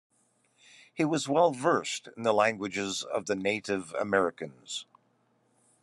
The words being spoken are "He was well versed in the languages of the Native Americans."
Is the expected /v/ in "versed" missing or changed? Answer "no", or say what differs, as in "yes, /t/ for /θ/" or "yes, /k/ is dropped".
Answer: no